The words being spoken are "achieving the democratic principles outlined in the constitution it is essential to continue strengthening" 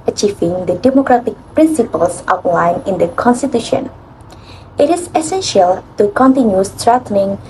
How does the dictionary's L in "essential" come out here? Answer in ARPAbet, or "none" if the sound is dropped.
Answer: L